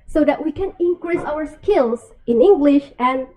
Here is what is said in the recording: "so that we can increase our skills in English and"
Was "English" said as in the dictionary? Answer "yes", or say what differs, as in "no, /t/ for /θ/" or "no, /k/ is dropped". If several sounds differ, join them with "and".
yes